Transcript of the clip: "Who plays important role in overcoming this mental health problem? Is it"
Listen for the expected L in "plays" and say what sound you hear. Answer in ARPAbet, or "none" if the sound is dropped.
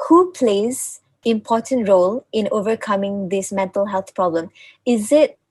L